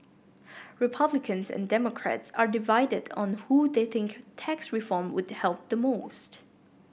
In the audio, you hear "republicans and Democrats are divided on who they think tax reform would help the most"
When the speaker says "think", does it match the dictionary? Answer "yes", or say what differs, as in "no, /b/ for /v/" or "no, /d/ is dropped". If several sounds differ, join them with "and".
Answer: yes